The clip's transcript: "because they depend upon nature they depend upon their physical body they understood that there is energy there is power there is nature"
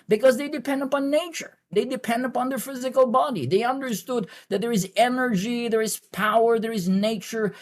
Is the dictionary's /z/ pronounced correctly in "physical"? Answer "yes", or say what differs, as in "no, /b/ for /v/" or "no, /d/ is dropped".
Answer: yes